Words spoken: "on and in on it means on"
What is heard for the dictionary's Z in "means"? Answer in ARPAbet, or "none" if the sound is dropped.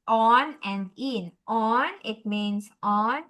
S